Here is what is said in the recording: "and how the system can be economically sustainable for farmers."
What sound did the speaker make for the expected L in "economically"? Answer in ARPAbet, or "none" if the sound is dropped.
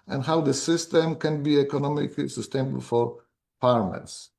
L